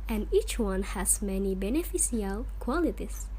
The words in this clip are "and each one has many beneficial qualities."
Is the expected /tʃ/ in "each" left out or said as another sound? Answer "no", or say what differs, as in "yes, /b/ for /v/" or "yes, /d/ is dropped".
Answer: no